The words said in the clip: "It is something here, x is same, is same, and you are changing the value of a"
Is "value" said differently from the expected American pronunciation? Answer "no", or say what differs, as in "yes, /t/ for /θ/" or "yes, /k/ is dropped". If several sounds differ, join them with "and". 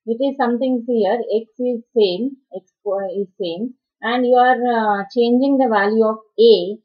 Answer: no